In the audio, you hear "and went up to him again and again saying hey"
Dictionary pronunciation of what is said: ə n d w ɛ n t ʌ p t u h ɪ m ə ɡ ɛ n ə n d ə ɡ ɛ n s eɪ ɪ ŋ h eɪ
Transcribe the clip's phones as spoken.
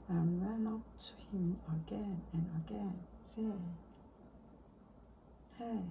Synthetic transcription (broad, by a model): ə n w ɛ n ʌ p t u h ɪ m ə ɡ ɛ n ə n ə ɡ ɛ n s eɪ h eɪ